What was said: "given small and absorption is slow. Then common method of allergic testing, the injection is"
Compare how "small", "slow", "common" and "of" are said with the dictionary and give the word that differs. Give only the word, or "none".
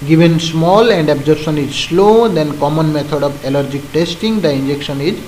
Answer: of